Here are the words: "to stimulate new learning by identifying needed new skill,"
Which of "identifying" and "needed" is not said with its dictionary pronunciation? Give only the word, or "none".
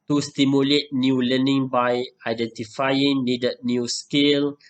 needed